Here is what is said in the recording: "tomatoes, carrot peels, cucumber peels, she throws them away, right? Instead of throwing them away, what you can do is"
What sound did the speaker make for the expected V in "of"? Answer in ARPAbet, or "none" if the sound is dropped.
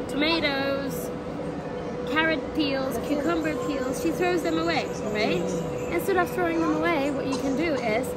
P